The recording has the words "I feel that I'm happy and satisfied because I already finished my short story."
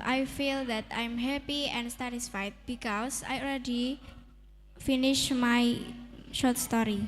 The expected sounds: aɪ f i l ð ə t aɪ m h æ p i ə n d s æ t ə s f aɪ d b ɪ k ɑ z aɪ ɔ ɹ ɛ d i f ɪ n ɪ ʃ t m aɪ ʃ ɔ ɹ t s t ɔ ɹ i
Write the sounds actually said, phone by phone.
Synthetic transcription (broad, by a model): aɪ f i l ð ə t aɪ m h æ p i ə n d s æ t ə s f aɪ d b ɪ k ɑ s aɪ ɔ l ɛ d i f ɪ n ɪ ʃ m aɪ ʃ ɔ t s t ɔ ɹ i